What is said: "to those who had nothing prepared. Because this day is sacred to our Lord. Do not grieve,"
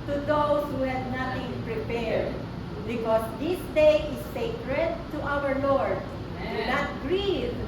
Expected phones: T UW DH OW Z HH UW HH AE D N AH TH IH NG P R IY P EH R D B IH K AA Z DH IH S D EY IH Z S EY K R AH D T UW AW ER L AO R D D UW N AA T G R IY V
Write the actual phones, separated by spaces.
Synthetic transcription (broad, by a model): T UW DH OW S HH UW HH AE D N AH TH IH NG P R IY P EH R D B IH K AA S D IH S D EY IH S EY K R AH D T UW AW ER L AO R D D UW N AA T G R IY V